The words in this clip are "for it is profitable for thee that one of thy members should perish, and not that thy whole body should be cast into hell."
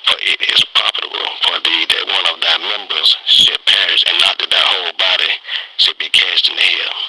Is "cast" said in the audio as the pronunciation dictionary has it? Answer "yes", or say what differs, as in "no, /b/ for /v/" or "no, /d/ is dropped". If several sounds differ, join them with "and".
yes